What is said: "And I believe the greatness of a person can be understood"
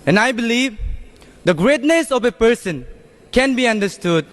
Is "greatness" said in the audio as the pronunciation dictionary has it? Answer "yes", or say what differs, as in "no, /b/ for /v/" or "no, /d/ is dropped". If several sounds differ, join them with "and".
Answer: yes